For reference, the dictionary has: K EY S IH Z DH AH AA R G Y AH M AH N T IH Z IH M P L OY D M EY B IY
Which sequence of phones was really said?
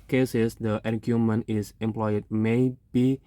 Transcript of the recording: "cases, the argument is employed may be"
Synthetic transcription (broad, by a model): K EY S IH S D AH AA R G Y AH M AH N IH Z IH M P L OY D M EY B IY